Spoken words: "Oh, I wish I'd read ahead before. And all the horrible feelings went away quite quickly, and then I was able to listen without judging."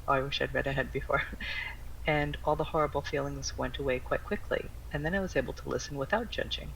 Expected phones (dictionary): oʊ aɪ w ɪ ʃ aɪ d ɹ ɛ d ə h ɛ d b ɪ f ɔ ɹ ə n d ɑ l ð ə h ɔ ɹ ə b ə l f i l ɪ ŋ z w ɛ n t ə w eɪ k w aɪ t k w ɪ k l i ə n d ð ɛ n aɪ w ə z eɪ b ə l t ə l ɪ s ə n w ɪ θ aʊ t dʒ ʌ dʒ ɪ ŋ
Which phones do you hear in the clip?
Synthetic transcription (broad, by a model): aɪ w ɪ ʃ aɪ d ɹ ɛ d ə h ɛ d b ɪ f ɔ ɹ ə n ɑ l ð ə h ɔ ɹ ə b l f i l ɪ ŋ z w ɛ n t ə w eɪ k w aɪ t k w ɪ k l i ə n ð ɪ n aɪ w ə z eɪ b l t ə l ɪ s n w ɪ θ aʊ t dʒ ʌ dʒ ɪ ŋ